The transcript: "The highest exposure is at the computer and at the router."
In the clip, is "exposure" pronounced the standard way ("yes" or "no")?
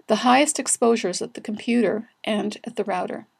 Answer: yes